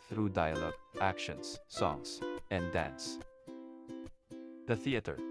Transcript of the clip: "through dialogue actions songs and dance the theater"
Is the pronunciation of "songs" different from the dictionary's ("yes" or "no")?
yes